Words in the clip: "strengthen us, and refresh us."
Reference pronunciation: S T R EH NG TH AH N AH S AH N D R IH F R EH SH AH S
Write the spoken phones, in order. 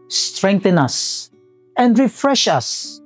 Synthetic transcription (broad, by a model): S T R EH NG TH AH N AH S AH N D R IH F R EH SH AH S